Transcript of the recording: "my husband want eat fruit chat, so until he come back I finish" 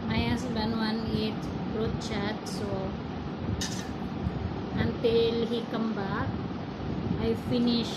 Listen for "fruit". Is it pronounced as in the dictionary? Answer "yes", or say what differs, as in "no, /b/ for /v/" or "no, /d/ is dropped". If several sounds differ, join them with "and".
no, /p/ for /f/